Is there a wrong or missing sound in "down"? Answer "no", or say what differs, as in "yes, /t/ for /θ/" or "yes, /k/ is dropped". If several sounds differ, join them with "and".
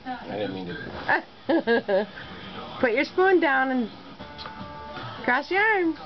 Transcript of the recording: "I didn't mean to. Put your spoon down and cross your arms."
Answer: no